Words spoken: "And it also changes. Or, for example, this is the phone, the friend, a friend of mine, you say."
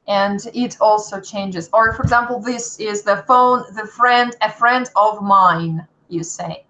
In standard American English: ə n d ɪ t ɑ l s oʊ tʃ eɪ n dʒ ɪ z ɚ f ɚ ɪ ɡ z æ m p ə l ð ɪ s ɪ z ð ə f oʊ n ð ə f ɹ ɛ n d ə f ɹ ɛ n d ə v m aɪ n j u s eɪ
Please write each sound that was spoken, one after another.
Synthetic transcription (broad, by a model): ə n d ɪ t ɑ l s oʊ tʃ eɪ n dʒ ɪ z ɚ f ɚ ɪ ɡ z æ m p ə l ð ɪ s ɪ z ð ə f oʊ n ð ə f ɹ ɛ n d ə f ɹ ɛ n d ə v m aɪ n j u s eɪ